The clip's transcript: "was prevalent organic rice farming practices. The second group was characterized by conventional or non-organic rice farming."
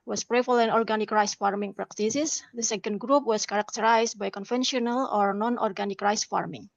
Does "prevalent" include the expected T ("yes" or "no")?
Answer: no